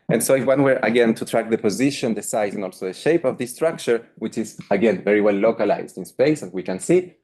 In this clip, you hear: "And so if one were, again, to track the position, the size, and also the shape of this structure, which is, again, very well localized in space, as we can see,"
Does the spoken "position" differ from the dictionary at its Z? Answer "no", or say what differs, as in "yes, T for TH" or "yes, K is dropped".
no